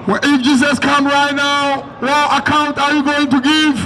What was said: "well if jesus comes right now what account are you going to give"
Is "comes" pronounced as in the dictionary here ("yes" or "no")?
no